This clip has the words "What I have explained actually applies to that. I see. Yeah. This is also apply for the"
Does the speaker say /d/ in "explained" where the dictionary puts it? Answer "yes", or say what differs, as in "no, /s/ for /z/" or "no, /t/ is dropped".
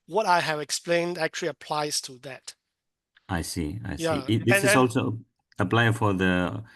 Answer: yes